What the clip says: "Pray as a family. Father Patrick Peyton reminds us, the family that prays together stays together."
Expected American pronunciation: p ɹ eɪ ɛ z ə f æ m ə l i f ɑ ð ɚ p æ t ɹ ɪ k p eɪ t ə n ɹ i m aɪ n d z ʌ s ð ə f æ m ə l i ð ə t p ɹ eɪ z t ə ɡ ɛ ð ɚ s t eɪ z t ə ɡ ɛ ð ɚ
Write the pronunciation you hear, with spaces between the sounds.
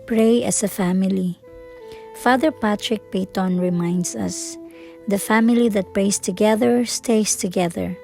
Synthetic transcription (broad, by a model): p ɹ eɪ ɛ s ə f æ m ə l i f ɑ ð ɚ p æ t ɹ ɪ k p eɪ t ə n ɹ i m aɪ n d s ʌ s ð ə f æ m ə l i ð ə t p ɹ eɪ s t ə ɡ ɛ ð ɚ s t eɪ s t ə ɡ ɛ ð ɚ